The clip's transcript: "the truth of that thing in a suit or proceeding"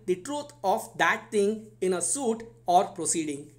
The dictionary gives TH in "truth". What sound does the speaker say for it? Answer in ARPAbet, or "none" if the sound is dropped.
T